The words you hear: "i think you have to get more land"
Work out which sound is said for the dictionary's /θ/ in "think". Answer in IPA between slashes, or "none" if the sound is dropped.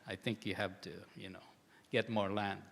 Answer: /θ/